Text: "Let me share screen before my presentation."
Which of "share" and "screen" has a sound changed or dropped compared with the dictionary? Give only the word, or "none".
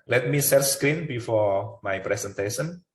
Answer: share